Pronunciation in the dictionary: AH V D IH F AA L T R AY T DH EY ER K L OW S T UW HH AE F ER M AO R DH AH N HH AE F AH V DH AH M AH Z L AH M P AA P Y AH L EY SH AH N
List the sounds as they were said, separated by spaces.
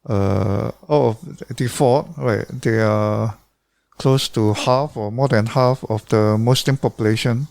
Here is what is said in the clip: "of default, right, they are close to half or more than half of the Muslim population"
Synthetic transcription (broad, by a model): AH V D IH F AA T R AY T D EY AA K L OW S T UW HH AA F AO M AO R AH N HH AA F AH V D AH M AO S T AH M P AA P Y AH L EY SH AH N